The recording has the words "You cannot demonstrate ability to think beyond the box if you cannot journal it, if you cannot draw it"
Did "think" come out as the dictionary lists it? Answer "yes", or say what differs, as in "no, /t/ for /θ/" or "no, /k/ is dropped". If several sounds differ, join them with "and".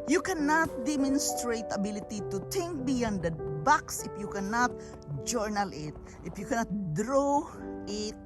no, /t/ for /θ/